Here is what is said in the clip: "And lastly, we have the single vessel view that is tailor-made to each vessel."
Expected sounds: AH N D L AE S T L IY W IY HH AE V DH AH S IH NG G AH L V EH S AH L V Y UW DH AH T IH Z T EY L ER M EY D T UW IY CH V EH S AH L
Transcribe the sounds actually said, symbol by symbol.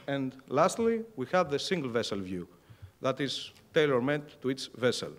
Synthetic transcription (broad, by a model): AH N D L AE S T L IY W IY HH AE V DH AH S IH NG G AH L V EH S AH L V Y UW DH AH T IH Z T EY L ER M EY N T UW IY S V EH S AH L